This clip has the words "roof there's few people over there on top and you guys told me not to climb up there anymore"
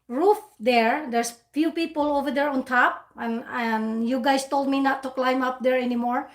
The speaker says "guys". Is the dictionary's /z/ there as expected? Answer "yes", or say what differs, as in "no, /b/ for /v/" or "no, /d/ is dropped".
no, /s/ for /z/